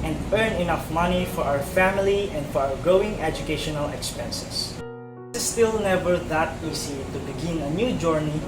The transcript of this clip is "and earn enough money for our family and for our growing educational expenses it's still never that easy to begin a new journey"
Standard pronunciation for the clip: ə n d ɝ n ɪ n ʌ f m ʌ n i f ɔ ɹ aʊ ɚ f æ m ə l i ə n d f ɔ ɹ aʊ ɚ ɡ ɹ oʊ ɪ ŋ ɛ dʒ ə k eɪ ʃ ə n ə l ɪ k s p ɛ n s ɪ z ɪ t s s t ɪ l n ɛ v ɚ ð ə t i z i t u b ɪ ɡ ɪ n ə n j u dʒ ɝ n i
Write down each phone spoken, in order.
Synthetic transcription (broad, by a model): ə n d ɝ n ɪ n ʌ f m ʌ n i f ɔ ɹ aʊ ɚ f æ m ə l i ə n d f ɔ ɹ aʊ ɚ ɡ oʊ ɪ ŋ ɛ dʒ ə k eɪ ʃ ə n ə l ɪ k s p ɛ n s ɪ s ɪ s s t ɪ l n ɛ v ɚ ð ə t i s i t u b ɪ ɡ ɪ n ə n j u dʒ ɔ n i